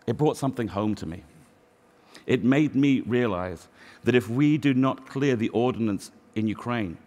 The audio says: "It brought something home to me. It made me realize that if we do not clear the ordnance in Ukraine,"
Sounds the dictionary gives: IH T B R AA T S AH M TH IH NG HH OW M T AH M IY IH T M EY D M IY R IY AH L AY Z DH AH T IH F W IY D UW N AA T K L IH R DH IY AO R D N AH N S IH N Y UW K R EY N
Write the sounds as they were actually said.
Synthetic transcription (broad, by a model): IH T B R AA T S AH M TH IH NG HH OW M T AH M IY IH T M EY D M IY R IY AH L AY Z DH AH T IH F W IY D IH N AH T K L IH R DH IY AO R D N AH N S IH N Y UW K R EY N